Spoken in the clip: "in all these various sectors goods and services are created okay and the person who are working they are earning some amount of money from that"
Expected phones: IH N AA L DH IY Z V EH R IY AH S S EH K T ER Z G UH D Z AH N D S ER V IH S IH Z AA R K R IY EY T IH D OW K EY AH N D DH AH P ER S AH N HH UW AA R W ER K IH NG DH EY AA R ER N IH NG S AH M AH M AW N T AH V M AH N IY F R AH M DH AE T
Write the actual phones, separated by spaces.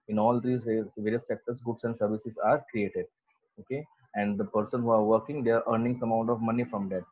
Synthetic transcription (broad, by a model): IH N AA L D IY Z V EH R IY AH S S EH K T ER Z G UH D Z AH N D S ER V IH S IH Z AA R K R IY EY T IH D OW K EY AH N D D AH P ER S AH N HH UW AA R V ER K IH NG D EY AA R ER N IH NG S AH M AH UH N T AH V M AH N IY F R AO M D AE T